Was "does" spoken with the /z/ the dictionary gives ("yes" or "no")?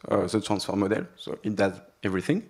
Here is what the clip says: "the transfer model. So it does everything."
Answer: yes